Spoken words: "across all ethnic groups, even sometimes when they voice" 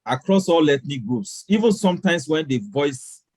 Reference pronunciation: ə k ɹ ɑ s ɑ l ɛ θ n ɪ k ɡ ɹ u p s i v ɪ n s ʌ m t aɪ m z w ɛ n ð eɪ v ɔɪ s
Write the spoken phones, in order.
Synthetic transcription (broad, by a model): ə k ɹ ɑ s ɑ l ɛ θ n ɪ k ɡ ɹ u p s i v ɪ n s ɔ m t aɪ m s w ɛ n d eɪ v ɔɪ s